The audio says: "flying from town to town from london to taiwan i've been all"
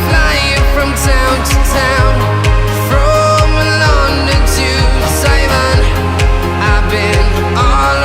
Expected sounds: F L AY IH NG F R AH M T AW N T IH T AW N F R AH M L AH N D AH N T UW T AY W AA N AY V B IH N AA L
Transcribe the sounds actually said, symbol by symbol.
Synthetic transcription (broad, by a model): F L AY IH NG F R AH M T AW N T IH T AW N F R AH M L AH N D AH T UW S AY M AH N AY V B IH N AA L